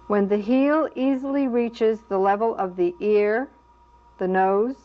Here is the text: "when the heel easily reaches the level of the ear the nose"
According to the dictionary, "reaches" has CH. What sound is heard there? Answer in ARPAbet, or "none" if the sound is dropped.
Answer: CH